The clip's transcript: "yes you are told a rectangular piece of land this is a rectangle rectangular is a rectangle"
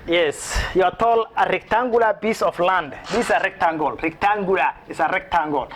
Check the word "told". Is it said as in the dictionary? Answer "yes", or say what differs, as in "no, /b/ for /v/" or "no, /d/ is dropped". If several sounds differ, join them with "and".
no, /d/ is dropped